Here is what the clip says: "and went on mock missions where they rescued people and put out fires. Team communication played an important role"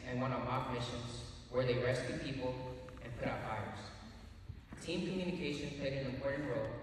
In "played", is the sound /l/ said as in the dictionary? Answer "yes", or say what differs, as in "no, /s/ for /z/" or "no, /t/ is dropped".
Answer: no, /l/ is dropped